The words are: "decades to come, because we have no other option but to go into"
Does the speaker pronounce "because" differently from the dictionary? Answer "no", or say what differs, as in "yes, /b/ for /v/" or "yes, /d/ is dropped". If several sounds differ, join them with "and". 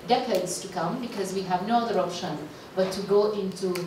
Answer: no